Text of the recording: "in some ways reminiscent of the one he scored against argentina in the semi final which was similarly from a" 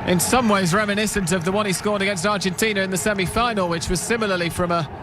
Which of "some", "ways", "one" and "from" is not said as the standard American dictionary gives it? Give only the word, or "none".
none